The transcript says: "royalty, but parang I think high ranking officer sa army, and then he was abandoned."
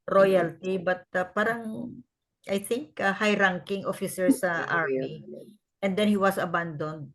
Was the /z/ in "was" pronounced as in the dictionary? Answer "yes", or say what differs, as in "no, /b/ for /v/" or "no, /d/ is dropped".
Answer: no, /s/ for /z/